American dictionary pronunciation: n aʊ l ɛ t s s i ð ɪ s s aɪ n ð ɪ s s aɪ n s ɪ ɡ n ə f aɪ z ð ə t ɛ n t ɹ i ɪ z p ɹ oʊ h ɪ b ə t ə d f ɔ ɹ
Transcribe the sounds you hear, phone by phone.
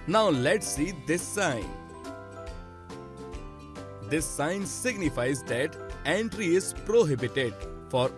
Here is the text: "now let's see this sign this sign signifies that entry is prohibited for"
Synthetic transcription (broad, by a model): n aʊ l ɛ t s s i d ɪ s s aɪ n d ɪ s s aɪ n s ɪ ɡ n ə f aɪ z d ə t ɛ n t ɹ i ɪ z p ɹ oʊ h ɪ b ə t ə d f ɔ ɹ